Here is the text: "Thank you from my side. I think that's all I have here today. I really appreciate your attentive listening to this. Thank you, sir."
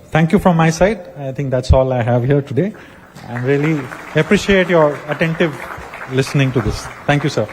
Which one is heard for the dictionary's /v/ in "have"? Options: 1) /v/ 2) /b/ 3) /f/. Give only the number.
1